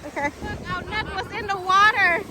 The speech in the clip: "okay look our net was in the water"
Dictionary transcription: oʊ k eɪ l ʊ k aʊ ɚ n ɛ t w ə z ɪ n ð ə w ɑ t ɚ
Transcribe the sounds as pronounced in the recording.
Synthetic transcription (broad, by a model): oʊ k eɪ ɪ aʊ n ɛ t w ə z ɪ n ð ə w ɑ t ɚ